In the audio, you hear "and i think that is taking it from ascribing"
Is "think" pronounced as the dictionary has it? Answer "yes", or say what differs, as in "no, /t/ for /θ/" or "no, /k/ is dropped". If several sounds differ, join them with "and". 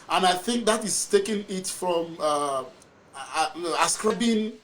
yes